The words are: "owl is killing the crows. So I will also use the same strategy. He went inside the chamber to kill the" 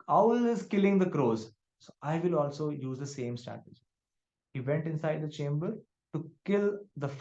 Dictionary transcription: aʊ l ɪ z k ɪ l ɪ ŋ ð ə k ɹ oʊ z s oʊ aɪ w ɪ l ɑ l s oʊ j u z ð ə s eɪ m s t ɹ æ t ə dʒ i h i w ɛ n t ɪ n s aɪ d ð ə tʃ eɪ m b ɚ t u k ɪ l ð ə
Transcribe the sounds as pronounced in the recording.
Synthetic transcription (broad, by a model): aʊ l ɪ z k ɪ l ɪ ŋ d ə k ɹ oʊ z s oʊ aɪ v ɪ l ɑ l s oʊ j u z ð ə s eɪ m s t æ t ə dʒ h i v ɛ n t ɪ n s aɪ d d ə tʃ eɪ m b ɚ t u k ɪ l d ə